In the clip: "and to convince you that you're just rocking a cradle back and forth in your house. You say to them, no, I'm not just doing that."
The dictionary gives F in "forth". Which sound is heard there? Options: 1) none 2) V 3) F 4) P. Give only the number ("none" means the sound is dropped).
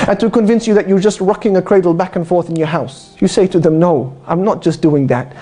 3